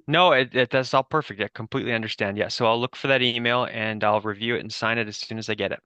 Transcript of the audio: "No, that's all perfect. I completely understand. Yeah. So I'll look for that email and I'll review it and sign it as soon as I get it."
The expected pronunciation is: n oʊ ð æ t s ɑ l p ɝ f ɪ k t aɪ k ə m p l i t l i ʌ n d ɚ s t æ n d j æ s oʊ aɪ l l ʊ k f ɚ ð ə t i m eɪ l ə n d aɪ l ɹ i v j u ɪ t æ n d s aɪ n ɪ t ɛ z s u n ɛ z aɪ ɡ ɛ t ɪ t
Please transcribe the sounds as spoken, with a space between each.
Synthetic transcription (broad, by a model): n oʊ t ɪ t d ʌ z p ɝ f ɪ k t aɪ k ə m p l i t l i ʌ n d ɚ s t æ n d j æ s oʊ aɪ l l ʊ k f ɚ ð ə t i m eɪ l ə n aɪ l ɹ i v j u ɪ t n s aɪ n ɪ t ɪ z s u n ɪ z aɪ ɡ ɛ t ɪ t